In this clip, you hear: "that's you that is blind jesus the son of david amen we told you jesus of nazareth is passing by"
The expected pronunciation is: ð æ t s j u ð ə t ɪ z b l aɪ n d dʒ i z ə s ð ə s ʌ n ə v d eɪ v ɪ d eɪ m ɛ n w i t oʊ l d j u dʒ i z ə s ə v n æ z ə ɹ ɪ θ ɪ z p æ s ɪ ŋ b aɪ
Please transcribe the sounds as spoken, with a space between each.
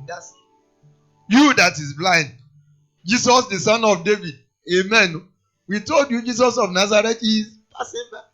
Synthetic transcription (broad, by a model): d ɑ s j u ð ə t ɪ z b l aɪ n d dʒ i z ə s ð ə s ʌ n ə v d eɪ v ɪ d eɪ m ɛ n w i t oʊ l d j u dʒ i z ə s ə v n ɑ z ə ɹ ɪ t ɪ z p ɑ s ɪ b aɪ